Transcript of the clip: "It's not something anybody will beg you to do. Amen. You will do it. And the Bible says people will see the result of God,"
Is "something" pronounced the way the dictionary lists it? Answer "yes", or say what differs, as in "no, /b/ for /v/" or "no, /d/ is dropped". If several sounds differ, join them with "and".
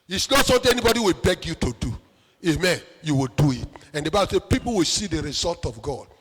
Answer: no, /t/ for /θ/